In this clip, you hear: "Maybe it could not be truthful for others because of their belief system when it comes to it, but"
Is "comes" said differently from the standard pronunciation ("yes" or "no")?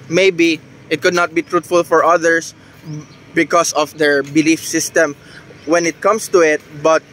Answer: yes